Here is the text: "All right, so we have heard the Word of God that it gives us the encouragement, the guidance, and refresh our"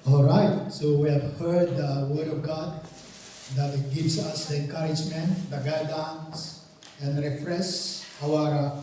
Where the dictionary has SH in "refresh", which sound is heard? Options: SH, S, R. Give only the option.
S